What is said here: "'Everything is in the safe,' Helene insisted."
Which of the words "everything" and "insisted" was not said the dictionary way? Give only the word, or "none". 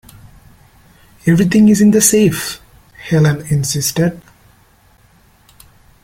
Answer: everything